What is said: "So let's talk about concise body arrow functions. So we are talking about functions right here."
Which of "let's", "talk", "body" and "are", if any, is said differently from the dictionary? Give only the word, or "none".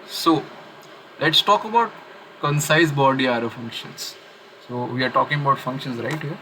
none